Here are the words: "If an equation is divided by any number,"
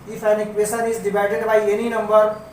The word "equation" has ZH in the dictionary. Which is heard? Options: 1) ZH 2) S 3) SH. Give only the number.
2